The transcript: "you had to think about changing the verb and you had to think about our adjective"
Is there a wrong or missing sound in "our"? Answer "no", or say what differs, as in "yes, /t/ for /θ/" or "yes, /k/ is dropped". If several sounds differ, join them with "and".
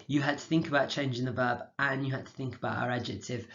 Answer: no